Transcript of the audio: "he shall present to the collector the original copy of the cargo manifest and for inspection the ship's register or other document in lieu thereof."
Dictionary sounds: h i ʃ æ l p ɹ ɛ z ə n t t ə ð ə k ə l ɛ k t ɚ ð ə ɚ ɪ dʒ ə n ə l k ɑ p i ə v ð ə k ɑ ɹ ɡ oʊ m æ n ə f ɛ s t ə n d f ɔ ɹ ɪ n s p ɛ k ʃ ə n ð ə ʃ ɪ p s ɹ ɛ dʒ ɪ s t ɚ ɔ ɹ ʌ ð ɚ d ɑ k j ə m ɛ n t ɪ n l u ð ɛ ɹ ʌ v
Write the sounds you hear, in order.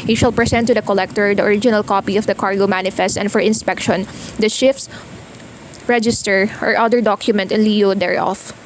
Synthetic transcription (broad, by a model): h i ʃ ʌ l p ɹ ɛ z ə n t t ə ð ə k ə l ɛ k t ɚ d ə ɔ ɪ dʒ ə n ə l k ɑ p i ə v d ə k ɑ ɹ ɡ oʊ m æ n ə f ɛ s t ə n d f ɔ ɹ ɪ n s p ɛ k ʃ ə n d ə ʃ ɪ f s ɹ ɛ dʒ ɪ s t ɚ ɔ ɹ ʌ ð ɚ d ɑ k j ə m ɛ n t ɪ n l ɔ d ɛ ɹ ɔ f